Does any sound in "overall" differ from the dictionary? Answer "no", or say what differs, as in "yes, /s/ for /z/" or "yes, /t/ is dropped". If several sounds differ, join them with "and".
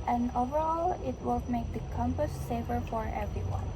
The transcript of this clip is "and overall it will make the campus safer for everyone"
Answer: no